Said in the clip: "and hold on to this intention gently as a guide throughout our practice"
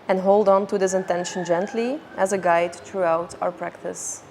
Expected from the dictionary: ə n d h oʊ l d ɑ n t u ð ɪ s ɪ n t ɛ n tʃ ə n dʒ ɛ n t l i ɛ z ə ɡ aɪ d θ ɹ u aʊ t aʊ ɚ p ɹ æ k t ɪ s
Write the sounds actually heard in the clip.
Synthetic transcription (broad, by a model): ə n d h oʊ l d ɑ n t u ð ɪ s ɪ n t ɛ n ʃ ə n dʒ ɛ n t l i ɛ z ə ɡ aɪ d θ ɹ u aʊ t aʊ ɚ p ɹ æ k t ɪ s